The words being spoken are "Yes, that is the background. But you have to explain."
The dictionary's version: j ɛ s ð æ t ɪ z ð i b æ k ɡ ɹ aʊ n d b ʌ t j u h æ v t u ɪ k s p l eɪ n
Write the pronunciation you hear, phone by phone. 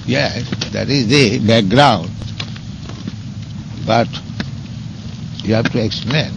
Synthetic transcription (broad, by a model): j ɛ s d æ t ɪ z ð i b æ k ɡ ɹ aʊ n d b ʌ t j u h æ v t u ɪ k s p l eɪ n